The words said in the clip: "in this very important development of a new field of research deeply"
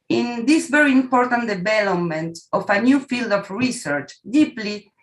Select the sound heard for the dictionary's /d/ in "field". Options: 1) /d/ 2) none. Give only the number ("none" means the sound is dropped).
1